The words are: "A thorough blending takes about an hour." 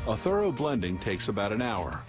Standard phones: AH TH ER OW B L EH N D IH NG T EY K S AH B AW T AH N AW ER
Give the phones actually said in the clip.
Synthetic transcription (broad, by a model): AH TH ER OW B L EH N D IH NG T EY K S AH B AW T AH N AW ER